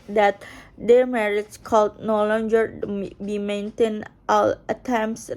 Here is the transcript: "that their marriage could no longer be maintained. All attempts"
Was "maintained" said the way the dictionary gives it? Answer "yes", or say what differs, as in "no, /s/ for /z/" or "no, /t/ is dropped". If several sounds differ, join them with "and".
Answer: no, /d/ is dropped